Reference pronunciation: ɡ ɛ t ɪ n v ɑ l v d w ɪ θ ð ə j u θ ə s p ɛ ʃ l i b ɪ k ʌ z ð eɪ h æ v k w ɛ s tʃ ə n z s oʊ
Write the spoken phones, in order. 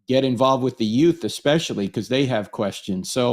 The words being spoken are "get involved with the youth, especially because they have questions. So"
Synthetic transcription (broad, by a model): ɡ ɛ t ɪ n v ɑ l v d w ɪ ð ə j u θ ə s p ɛ ʃ l i k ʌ z ð eɪ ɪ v k w ɛ s tʃ ə n z s oʊ